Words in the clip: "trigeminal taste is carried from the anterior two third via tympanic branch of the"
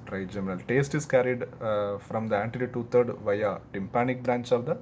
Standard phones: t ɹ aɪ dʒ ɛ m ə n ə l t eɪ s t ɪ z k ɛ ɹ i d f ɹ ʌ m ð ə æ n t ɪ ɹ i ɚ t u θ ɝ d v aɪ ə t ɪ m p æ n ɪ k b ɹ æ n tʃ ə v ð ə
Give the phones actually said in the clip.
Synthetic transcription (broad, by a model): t ɹ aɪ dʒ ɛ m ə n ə l t eɪ s t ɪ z k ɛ ɹ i d f ɹ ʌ m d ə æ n t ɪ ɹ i t u t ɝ d v aɪ ə t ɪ m p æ n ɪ k b ɹ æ n tʃ ə v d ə